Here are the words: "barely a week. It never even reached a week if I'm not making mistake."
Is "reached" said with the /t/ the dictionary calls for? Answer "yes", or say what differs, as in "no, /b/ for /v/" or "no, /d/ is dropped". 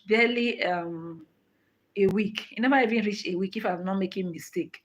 no, /t/ is dropped